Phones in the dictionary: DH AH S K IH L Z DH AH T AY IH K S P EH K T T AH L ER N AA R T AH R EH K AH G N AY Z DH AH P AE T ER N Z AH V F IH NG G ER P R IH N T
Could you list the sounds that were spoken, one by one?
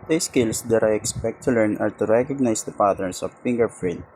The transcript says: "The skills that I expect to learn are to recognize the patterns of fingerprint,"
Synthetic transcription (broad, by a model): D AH S K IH L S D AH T AY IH K S P EH K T T AH L ER N AA R T AH R EH K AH G N AY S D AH P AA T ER N S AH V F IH NG G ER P R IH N